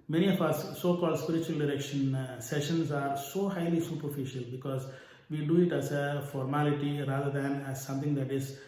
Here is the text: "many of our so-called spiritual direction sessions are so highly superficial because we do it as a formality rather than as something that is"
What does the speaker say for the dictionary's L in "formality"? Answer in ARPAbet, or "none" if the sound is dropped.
L